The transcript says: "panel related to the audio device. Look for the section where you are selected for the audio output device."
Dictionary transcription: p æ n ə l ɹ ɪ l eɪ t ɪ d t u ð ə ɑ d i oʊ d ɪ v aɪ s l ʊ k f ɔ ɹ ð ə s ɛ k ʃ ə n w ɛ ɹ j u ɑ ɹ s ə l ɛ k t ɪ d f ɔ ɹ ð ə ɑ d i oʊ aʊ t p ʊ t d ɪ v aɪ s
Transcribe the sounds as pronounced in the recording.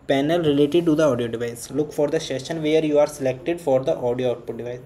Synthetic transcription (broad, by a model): p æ n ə l ɹ ɪ l eɪ t ɪ d t u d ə ɑ d i oʊ d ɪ v aɪ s l ʊ k f ɔ ɹ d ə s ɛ ʃ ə n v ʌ ɹ j u ɑ ɹ s ə l ɛ k t ɪ d f ɔ ɹ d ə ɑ d i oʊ aʊ t p ʊ t d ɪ v aɪ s